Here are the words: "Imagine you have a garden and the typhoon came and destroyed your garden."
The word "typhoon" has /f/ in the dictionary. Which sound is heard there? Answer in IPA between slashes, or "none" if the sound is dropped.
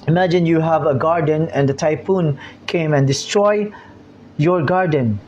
/p/